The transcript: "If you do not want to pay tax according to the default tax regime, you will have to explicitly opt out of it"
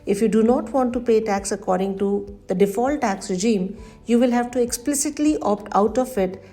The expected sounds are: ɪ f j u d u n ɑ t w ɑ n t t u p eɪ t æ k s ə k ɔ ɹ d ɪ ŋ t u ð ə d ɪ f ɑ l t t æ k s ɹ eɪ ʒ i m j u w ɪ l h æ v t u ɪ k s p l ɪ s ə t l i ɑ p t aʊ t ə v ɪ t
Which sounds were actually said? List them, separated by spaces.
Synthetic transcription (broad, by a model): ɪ f j u d u n ɑ t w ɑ n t t u p eɪ t æ k s ə k ɔ ɹ d ɪ ŋ t u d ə d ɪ f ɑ l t t æ k s ɹ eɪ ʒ i m j u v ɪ l h æ v t u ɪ k s p l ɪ s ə t l i ɑ p t aʊ t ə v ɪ t